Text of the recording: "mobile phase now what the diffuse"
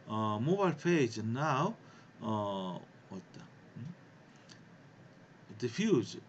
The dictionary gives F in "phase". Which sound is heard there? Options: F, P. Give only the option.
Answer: P